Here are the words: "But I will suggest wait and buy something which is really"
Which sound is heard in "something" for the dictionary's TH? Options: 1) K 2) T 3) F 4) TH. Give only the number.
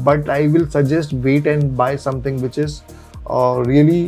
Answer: 2